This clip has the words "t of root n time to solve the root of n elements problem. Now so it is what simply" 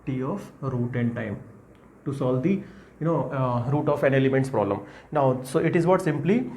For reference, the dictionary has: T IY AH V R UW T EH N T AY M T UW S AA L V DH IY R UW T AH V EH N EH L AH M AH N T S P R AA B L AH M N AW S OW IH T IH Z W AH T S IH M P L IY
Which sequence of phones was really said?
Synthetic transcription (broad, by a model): T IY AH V R UW T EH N T AY M T UW S AA L V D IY R UW T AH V EH N EH L AH M AH N T S P R AA B L AH M N AW S OW IH T IH Z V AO T S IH M P L IY